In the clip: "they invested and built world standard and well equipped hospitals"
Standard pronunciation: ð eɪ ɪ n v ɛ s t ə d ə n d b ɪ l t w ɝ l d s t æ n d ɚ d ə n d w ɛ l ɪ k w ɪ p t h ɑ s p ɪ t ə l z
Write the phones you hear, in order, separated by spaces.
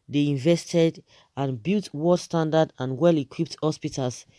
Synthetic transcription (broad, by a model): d eɪ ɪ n v ɛ s t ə d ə n b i l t w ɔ d s t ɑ n d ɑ d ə n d w ɛ l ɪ k w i p t h ɑ s p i t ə l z